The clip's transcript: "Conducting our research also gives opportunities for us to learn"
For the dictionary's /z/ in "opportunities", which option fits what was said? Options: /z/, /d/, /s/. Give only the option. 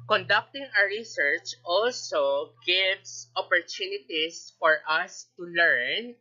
/s/